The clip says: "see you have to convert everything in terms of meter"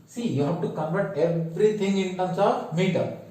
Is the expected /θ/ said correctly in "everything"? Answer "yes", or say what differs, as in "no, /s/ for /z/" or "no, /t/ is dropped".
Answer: no, /t/ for /θ/